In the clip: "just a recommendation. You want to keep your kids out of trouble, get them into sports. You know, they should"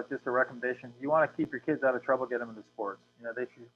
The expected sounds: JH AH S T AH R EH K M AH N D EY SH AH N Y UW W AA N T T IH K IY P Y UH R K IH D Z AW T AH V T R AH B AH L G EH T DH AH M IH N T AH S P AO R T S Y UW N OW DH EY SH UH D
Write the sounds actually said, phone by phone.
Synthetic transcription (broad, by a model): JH AH S T AH R EH K M AH N D EY SH AH N Y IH W AA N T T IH K IY P Y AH R K IH D Z AW T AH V T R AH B L G EH T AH M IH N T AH S P AO R T S Y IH N OW DH EY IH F